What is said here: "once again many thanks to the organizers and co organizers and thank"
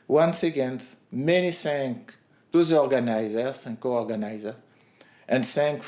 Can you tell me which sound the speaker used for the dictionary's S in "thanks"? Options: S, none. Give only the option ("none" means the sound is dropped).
none